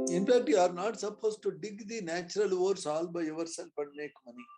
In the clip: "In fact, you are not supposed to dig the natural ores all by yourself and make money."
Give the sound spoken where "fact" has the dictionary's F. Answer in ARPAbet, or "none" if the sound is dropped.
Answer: P